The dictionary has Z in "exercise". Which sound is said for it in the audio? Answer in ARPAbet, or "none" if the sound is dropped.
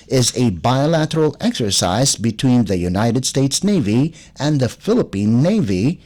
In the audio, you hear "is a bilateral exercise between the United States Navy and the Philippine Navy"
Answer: Z